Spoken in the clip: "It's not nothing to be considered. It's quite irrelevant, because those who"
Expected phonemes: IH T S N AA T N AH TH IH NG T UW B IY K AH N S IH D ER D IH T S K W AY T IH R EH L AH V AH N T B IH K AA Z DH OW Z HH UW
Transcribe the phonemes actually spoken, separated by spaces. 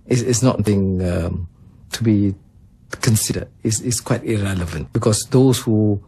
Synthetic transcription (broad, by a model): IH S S N AA T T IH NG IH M T UW B IY K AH N S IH D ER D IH S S K W AY T IH R EH L AH V AH N T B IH K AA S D OW S HH UW